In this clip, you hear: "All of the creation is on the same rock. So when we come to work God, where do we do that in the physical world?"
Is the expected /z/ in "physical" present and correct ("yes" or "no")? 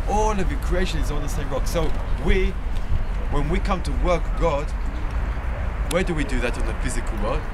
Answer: yes